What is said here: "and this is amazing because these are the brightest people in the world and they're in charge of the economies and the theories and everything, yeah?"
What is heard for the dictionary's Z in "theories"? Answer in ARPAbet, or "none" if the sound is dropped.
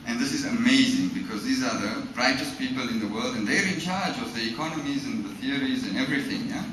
Z